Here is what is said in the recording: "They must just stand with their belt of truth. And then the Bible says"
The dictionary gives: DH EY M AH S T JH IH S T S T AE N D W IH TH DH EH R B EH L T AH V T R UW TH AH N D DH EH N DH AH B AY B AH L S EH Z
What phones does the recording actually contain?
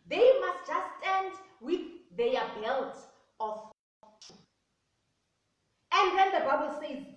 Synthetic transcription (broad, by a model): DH EY M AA S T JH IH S S T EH N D W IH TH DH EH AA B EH L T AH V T UW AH N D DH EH N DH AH B AY B AH L S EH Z